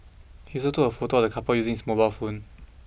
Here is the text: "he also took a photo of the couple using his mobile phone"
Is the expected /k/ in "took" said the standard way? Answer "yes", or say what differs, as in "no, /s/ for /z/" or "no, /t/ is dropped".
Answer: no, /k/ is dropped